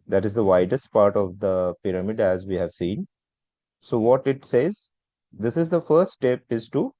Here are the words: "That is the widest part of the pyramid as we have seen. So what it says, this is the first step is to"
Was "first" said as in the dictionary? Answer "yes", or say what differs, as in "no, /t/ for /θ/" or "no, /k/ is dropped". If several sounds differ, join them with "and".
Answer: no, /s/ is dropped